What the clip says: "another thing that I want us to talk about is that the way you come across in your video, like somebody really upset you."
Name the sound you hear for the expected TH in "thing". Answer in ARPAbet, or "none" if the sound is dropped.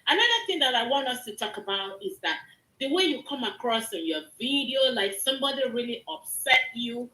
TH